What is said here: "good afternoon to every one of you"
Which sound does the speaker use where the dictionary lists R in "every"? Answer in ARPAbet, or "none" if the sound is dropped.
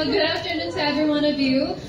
R